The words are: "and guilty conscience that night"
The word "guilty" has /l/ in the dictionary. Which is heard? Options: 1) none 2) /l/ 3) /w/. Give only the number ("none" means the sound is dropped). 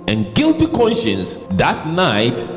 2